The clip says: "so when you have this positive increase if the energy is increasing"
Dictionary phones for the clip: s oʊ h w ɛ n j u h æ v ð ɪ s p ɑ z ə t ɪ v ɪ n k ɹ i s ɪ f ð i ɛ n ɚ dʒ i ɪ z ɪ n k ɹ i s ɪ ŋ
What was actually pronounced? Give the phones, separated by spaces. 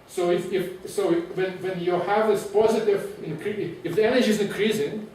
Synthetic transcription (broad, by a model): s oʊ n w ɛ n j u h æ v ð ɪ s p ɑ z ə t ɪ v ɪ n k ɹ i ɪ f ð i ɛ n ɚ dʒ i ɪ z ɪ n k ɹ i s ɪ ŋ